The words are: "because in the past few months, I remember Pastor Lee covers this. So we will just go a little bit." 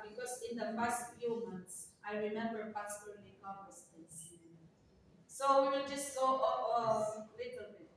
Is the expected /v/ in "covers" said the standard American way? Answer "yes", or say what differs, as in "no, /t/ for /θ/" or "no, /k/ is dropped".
no, /v/ is dropped